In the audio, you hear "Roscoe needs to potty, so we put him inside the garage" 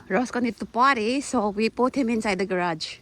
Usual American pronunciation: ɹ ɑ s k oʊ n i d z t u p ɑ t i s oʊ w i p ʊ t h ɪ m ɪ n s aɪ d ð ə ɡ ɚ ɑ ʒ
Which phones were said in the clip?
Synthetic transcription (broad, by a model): ɹ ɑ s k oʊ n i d t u p ɑ t i s oʊ w i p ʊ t h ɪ m ɪ n s aɪ d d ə ɡ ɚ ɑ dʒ